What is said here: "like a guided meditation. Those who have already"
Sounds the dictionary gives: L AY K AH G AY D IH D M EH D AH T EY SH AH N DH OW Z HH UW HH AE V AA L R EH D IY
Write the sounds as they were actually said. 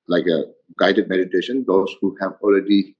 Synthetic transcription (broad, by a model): L AY K AH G AY D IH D M EH D AH T EY SH AH N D OW S HH UW HH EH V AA L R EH D IY